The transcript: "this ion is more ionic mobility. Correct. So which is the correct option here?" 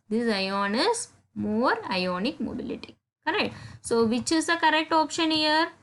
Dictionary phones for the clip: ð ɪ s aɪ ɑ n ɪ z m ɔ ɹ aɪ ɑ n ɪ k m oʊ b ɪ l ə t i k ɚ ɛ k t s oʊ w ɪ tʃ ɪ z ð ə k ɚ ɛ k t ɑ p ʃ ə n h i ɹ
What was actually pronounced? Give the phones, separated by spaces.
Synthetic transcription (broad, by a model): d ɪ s aɪ ɑ n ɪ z m ɔ ɹ aɪ ɑ n ɪ k m oʊ b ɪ l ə t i k ɚ ɛ k t s oʊ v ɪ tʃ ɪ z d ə k ɚ ɛ k t ɑ p ʃ ə n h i ɹ